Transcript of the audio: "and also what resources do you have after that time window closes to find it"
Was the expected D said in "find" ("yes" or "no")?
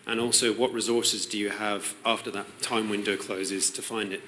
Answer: yes